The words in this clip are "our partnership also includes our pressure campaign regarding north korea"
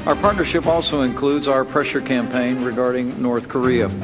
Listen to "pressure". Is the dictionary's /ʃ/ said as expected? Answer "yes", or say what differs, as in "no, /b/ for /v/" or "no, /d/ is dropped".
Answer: yes